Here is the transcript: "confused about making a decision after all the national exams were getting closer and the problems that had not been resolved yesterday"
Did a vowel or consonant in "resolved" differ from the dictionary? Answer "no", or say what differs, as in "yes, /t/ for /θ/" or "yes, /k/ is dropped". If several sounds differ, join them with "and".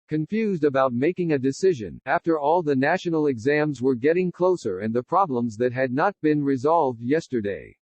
no